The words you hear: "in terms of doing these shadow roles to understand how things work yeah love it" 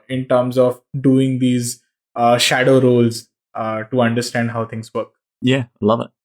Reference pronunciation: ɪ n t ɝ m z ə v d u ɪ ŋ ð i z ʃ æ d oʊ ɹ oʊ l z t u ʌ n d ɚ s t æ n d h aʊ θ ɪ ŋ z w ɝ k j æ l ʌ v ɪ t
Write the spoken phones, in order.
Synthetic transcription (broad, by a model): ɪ n t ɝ m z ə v d u ɪ ŋ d i z ʃ æ d oʊ ɹ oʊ l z t u ʌ n d ɚ s t æ n d h aʊ t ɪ ŋ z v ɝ k j æ l ʌ v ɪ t